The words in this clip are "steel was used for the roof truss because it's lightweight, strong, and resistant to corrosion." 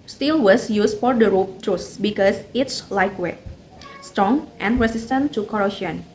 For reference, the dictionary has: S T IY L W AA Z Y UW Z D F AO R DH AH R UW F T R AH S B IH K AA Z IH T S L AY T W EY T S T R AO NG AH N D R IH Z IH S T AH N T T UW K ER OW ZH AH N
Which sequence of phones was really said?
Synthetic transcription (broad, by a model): S T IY L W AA S Y UW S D F AO R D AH R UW P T R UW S B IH K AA S IH T S L AY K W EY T S T R AO NG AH N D R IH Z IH S T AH N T T UW K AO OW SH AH N